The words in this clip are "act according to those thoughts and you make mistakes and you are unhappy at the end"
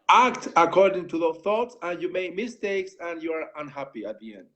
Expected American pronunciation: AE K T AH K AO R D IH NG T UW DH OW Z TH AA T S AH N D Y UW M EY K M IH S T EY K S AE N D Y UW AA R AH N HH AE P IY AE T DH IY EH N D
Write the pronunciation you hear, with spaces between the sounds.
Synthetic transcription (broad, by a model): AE K T AH K AO R D IH NG T UW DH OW TH AA T S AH N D Y UW M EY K M IH S T EY K S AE N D Y UW AA R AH N HH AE P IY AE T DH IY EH N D